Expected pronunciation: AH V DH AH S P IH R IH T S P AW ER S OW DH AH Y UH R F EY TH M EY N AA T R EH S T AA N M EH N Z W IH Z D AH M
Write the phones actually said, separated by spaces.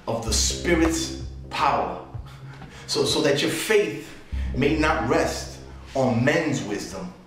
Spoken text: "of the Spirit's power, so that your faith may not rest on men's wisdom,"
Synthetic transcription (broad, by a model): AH V DH AH S P IH R IH T S P AW ER S OW DH AH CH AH R F EY TH M EY N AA T R EH S T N M EH N Z W IH Z D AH M